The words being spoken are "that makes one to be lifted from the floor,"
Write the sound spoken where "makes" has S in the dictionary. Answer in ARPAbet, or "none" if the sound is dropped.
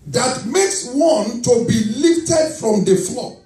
S